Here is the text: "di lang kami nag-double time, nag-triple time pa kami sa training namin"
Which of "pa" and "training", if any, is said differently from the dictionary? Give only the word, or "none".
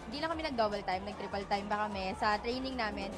pa